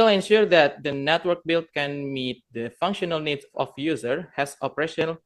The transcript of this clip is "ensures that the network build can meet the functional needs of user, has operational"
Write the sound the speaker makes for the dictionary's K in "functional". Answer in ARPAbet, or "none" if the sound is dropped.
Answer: K